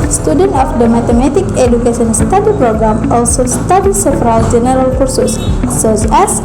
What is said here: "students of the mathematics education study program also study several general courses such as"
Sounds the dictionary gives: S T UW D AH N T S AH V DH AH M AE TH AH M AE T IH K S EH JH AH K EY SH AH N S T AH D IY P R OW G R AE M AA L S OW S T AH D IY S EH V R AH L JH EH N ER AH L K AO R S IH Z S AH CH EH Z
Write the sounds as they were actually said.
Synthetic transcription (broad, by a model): S T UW D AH N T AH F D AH M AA T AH M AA T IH K EH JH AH K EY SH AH N S T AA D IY P R OW G R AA M AA L S OW S T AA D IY S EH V R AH L JH EH N ER AH L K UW R S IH S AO S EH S